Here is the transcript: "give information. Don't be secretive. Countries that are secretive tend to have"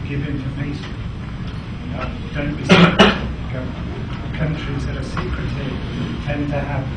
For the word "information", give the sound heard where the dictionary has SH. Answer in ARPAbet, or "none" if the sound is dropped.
S